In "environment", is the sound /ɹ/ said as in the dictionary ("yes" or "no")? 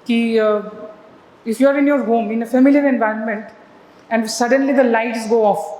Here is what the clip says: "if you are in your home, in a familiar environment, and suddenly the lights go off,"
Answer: yes